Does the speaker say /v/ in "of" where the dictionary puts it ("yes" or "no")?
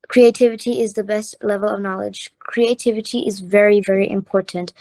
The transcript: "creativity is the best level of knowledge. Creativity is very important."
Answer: yes